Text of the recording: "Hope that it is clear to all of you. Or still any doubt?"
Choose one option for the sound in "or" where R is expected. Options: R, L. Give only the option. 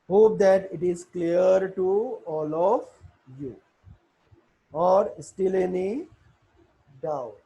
R